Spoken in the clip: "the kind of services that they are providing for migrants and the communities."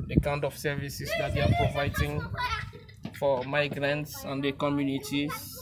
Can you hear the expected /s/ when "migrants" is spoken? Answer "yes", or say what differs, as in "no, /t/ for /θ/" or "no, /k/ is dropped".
yes